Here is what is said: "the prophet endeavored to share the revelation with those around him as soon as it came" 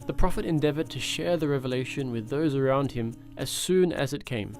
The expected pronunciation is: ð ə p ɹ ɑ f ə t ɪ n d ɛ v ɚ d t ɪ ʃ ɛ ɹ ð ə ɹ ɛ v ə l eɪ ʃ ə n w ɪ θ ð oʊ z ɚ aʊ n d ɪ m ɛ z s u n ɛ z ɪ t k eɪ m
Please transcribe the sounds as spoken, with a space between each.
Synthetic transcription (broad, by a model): ð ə p ɹ ɑ f ə t ɪ n d ɛ v ɚ d t ɪ ʃ ɛ ɹ ð ə ɹ ɛ v ə l eɪ ʃ ə n w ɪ ð oʊ z ɚ aʊ n d ɪ m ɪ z s u n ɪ z ɪ t k eɪ m